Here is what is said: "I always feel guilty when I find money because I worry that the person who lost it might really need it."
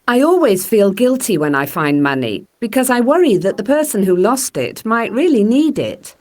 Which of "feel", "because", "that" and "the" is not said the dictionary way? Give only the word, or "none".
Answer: none